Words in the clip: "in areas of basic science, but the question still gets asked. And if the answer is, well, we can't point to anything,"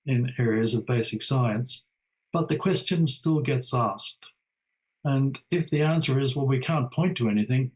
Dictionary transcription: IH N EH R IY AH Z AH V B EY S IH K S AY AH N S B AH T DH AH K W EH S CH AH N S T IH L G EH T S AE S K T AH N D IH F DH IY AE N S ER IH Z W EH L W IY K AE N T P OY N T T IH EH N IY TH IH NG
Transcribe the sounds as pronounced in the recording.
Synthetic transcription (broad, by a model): IH N EH R IY AH Z AH V B EY S IH K S AY AH N S B AH T DH AH K W EH S CH AH N S T IH L G EH T S AE S K T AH N IH F DH IY AE N S ER IH Z W EH L W IY K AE N P OY N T T IH EH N IY TH IH NG